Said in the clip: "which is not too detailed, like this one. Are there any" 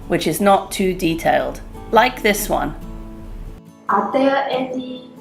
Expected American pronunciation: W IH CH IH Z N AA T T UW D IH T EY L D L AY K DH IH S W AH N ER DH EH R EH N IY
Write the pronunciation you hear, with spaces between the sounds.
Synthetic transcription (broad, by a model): W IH CH IH Z N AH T T UW D IH T EY L D L AY K DH IH S W AH N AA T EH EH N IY